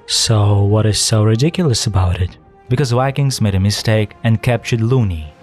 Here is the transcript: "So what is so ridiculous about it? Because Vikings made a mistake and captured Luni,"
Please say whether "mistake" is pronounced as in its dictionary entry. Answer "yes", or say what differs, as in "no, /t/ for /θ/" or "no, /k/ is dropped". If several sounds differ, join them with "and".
yes